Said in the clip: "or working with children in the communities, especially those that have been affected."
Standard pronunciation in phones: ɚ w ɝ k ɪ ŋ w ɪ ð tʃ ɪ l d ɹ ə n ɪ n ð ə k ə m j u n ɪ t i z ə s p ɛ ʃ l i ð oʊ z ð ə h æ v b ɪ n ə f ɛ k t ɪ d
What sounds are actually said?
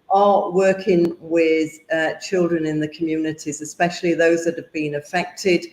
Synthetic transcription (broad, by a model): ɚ w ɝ k ɪ ŋ w ɪ ð tʃ ɪ l d ɹ ə n ɪ n ð ə k ə m j u n ɪ t i z ə s p ɛ ʃ l i ð oʊ z ð ə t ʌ v b ɪ n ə f ɛ k t ɪ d